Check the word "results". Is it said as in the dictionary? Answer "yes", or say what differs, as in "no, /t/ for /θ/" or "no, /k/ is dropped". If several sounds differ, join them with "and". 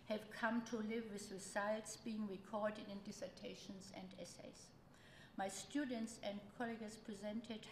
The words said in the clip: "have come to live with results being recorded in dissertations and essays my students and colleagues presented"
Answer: no, /s/ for /z/